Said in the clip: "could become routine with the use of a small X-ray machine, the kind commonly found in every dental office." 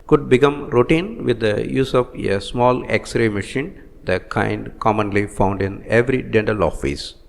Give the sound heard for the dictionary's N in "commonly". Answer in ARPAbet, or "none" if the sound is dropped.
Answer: N